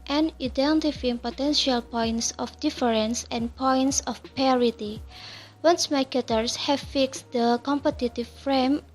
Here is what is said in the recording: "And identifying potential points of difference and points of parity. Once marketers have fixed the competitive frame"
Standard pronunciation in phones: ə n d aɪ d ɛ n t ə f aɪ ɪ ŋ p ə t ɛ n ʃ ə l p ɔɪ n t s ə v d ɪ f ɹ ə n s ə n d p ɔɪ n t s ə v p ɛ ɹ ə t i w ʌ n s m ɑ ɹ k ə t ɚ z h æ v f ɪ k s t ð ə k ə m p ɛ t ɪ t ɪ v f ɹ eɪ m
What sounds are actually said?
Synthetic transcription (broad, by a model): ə n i d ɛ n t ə f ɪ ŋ p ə t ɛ n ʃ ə l p ɔɪ n t s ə f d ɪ f ɹ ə n s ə n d p ɔɪ n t s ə f p ɛ ɹ ə t i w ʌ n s m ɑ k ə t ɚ s h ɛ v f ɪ k s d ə k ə m p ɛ t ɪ t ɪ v f ɹ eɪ m